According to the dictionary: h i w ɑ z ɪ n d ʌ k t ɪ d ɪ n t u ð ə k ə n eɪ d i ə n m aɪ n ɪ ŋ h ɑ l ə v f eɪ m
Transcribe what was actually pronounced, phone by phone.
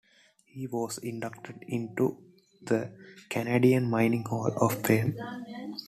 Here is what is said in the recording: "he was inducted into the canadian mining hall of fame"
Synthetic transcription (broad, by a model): h i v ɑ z ɪ n d ʌ k t ɪ d ɪ n t u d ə k ə n eɪ d i ə n m aɪ n ɪ ŋ h ɑ l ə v p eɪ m